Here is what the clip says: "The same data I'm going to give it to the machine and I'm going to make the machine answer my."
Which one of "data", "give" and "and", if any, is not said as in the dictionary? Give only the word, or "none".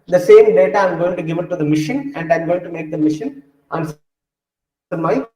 none